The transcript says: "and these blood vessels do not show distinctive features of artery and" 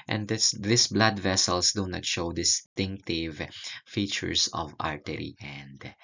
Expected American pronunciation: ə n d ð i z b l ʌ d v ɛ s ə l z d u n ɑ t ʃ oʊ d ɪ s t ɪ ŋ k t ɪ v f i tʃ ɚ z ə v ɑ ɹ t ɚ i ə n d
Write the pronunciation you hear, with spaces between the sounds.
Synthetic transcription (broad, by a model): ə n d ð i s b l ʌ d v ɛ s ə l s d u n ɑ t ʃ oʊ d ɪ s t ɪ ŋ k t ɪ v f i tʃ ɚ s ə v ɑ ɹ t ɚ i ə n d